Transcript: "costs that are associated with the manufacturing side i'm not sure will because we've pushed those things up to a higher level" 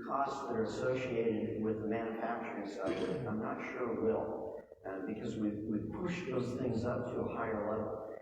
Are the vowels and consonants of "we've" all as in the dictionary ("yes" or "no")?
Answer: no